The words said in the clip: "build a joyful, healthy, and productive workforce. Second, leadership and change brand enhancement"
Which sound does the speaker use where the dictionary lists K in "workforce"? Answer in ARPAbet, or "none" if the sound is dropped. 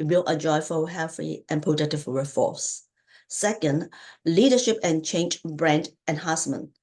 none